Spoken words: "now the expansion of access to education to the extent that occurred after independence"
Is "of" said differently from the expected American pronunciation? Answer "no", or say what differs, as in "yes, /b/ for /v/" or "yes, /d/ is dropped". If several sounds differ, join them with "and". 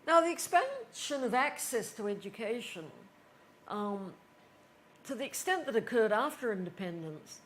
no